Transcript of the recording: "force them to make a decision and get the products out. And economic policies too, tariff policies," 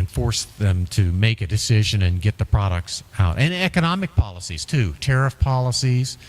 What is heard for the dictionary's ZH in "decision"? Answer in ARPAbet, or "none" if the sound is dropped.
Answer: ZH